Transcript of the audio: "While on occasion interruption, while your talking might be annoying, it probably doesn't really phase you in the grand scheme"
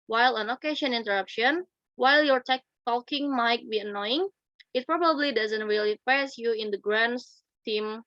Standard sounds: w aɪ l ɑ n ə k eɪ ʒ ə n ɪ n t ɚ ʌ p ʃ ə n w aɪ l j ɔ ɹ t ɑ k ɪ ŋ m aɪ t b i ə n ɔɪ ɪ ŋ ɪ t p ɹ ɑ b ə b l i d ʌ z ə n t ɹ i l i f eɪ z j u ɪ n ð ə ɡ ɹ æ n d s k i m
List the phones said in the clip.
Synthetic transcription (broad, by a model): w aɪ l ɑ n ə k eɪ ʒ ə n ɪ n t ɚ ʌ p ʃ ə n w aɪ l j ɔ ɹ t ɑ k ɪ ŋ m aɪ t b i ə n ɔɪ ɪ ŋ ɪ t p ɹ ɑ b ə b l i d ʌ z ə n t ɹ i l i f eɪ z j u ɪ n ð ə ɡ ɹ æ n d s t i m